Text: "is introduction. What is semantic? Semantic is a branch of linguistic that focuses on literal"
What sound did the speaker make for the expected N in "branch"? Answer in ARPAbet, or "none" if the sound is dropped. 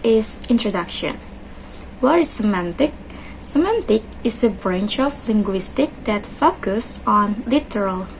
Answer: N